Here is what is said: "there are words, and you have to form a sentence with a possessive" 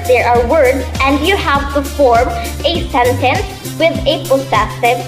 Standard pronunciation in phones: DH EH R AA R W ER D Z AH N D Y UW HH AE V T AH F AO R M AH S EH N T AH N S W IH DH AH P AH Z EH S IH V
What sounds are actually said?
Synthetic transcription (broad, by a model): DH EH R AA R W ER D Z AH N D Y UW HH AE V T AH F AO R M AH S EH N T AH N S W IH DH AH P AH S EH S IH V